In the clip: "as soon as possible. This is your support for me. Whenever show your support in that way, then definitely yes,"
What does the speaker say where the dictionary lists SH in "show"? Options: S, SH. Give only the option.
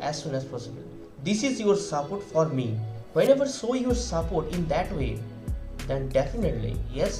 S